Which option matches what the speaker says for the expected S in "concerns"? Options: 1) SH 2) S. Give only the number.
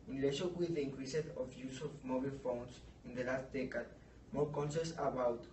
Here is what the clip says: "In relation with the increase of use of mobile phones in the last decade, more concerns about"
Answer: 1